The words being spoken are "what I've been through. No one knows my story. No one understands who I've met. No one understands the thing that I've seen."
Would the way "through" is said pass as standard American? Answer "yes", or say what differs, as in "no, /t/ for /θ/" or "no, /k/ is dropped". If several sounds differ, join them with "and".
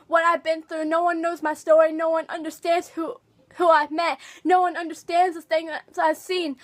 yes